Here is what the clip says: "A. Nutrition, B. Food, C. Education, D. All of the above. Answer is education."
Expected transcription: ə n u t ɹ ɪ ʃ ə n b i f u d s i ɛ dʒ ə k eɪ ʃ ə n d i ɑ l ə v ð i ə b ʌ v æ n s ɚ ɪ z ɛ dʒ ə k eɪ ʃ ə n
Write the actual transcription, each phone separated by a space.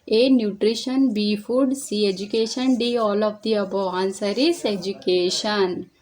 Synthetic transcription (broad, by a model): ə n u t ɹ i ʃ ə n b i f u d s i ɛ dʒ ə k eɪ ʃ ə n d i ɑ l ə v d i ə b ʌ ɑ n s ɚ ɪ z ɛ dʒ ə k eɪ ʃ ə n